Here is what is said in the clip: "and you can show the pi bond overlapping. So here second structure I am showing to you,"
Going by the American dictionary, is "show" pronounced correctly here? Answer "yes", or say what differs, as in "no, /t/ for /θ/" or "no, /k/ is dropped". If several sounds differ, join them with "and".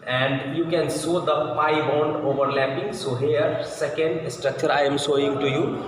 no, /s/ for /ʃ/